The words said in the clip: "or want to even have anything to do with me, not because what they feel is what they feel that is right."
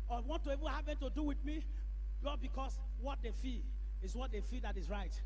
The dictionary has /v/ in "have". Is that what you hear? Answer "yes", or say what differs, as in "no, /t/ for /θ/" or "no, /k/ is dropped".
no, /p/ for /v/